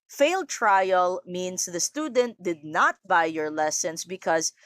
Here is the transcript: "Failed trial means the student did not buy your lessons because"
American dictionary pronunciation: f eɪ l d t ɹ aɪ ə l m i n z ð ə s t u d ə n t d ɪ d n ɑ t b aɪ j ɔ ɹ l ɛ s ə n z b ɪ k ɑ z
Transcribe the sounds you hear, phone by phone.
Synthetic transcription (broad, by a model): f eɪ l d t ɹ aɪ ə l m i n s ð ə s t u d ə n t d ɪ d n ɑ t b aɪ j ɔ ɹ l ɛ s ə n s b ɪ k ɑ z